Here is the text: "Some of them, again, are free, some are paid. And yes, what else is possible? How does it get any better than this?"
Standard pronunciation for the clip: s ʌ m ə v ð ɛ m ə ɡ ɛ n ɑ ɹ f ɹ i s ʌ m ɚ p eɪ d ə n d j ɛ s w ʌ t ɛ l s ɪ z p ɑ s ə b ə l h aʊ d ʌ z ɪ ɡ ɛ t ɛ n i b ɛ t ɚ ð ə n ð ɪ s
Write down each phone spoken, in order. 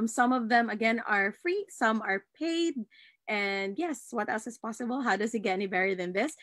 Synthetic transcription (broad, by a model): s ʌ m ə v ð ɛ m ə ɡ ɛ n ɑ ɹ f ɹ i s ʌ m ɚ p eɪ d ə n d j ɛ s w ʌ t ɛ l s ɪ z p ɑ s ə b ə l h aʊ d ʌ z ɪ ɡ ɛ t ɛ n i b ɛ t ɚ ð ə n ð ɪ s